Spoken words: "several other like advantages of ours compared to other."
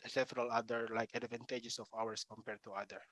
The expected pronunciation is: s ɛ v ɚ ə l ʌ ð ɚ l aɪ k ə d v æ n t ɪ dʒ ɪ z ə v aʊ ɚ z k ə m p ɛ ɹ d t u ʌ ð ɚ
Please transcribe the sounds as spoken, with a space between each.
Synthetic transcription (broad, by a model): s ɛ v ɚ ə l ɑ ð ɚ l aɪ k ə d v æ n t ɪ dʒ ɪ s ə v aʊ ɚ s k ə m p ɛ ɹ d t u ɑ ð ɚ